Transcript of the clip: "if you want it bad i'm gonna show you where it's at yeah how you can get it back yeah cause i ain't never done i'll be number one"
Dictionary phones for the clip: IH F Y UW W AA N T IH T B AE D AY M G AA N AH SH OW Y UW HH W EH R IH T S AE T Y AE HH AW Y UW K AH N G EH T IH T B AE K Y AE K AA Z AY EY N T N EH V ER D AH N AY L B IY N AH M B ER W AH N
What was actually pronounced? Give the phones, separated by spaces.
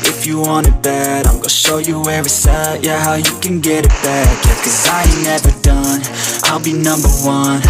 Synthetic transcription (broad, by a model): IH F Y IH W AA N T IH T B AE D AY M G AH SH OW Y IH HH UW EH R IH S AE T Y AE HH AW Y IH K AH N G EH T IH T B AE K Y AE K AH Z AY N N EH V ER D AH N AY L B IY N AH M B ER W AH N